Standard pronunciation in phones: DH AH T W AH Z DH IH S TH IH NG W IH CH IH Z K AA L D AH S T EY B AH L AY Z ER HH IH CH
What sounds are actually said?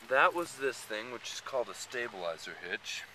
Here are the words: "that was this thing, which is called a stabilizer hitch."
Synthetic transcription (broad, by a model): DH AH T W AH Z DH IH S TH IH NG W IH CH IH Z K AA L D AH S T EY B AH L AY Z ER HH IH CH